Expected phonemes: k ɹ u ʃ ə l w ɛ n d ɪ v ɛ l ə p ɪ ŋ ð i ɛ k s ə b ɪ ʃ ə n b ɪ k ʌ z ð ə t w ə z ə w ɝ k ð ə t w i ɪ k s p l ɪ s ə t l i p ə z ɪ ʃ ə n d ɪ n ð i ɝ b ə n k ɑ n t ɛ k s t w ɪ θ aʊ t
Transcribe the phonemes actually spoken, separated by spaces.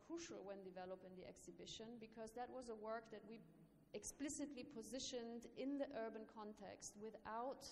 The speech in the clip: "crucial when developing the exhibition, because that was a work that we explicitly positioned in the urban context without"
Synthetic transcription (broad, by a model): k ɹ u ʃ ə l w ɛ n d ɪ v ɛ l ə p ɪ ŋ ð i ɛ k s ə b ɪ ʃ ə n b ɪ k ʌ z ð ə t w ə z ə w ɝ k ð ə t w i ɪ k s p l ɪ s ə t l i p ə z ɪ ʃ ə n d ɪ n ð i ɝ b ə n k ɑ n t ɛ k s t w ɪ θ aʊ t